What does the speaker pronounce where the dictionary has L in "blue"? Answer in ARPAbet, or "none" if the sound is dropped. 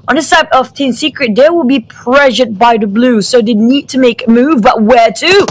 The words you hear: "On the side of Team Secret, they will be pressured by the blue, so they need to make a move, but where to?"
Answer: L